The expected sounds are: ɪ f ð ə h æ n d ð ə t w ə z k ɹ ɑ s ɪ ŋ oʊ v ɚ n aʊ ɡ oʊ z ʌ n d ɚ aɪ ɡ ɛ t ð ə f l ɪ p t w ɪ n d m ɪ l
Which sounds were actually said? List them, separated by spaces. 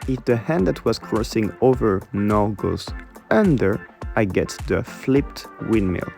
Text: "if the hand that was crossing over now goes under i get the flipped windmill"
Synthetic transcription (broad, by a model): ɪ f ð ə h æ n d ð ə t w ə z k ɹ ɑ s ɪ ŋ oʊ v ɚ n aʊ ɡ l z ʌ n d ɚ aɪ ɡ ɛ t ð ə f l ɪ p t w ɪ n m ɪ l